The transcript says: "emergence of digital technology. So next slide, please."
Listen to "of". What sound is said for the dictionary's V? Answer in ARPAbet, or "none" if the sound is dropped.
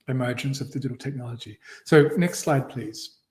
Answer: V